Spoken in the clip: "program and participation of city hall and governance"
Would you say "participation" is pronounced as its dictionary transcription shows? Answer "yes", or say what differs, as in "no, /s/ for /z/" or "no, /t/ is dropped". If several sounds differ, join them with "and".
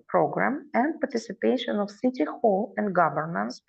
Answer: yes